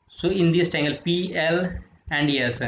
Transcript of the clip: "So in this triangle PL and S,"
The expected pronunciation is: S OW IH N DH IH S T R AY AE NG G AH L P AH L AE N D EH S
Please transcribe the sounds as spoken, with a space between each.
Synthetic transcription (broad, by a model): S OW IH N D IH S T AY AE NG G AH L P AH L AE N D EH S